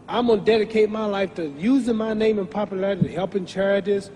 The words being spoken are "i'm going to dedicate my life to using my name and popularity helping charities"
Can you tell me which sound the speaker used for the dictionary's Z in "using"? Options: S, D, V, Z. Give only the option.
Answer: Z